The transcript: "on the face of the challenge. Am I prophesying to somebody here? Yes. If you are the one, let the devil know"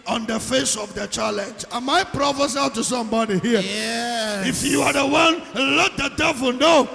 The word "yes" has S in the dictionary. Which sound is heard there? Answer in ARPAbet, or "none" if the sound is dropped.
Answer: none